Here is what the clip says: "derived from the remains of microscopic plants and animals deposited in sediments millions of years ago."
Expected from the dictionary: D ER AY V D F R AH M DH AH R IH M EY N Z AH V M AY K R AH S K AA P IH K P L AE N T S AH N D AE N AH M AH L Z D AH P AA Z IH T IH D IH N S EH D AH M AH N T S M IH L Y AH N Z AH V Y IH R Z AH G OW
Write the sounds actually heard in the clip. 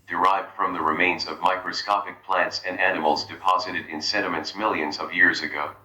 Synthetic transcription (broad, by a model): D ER AY V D F R AH M DH AH R IH M EY N Z AH V M AY K R AH S K AA P IH K P L AE N T S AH N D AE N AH M L Z D AH P AA Z IH T IH D IH N S EH D AH M AH N T S M IH L Y AH N Z AH V Y IH R Z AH G OW